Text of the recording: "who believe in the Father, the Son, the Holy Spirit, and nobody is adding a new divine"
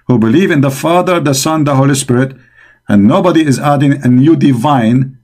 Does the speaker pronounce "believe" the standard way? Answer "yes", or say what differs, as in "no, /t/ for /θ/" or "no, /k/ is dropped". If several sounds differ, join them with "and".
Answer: yes